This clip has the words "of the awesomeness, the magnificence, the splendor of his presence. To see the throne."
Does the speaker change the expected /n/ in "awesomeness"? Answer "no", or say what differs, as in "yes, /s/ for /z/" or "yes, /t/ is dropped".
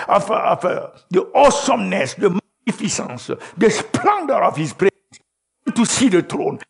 no